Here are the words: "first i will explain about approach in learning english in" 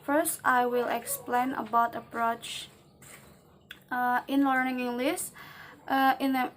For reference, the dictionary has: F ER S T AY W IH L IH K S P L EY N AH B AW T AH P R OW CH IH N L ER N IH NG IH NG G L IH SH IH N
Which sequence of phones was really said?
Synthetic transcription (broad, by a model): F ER S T AY W IH L IH K S P L EY N AH B AW T AH P R OW CH IH N L ER N IH NG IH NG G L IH S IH N